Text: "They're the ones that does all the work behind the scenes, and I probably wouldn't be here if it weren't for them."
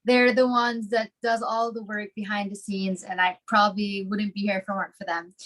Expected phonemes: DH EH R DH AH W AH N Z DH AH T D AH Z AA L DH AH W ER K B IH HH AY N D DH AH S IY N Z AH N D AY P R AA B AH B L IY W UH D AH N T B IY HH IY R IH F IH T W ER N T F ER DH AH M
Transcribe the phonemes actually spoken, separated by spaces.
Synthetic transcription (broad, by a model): DH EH R DH AH W AH N Z DH AH T D AH Z AA L DH AH W ER K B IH HH AY N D DH AH S IY N Z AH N AY P R AA B AH B L IY W UH D N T B IY HH IY R F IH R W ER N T F ER DH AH M